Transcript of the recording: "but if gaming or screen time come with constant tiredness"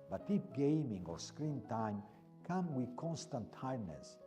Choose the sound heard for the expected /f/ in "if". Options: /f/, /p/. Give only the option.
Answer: /p/